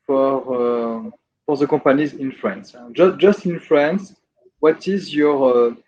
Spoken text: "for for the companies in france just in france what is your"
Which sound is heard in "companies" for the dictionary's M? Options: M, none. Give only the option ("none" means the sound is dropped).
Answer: none